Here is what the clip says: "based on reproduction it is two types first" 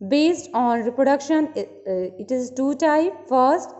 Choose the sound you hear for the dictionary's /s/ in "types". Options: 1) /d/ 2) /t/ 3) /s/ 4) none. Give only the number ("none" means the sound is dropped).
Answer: 4